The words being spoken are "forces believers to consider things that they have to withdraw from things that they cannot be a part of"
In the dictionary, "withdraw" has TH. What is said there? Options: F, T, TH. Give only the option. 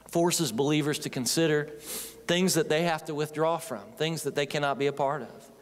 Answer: TH